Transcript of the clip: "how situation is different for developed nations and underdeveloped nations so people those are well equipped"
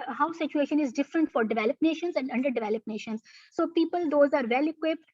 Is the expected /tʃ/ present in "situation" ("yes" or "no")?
yes